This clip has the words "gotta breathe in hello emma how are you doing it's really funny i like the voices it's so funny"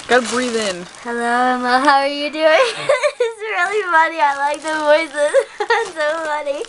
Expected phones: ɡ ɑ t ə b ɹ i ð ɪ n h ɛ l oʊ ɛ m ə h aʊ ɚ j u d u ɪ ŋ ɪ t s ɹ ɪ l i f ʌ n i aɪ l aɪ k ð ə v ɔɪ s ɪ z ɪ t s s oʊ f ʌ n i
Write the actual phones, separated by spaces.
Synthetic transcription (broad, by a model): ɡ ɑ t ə b ɹ i ð ɪ n h ɛ l oʊ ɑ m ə h aʊ ɚ j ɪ d u ɪ ŋ ɪ t s ɹ ɪ l i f ʌ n i aɪ l aɪ k ð ə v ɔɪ ɪ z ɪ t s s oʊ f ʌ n i